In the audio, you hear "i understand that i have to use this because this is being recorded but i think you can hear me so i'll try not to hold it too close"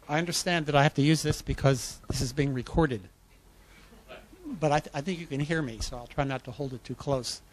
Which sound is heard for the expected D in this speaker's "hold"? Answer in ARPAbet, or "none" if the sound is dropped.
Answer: D